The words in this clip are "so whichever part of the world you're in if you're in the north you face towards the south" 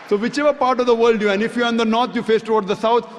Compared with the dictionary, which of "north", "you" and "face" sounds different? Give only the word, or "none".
north